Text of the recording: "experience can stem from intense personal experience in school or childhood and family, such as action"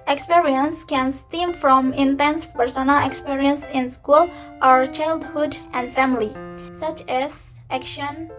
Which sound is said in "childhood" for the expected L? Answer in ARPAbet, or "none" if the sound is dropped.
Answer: L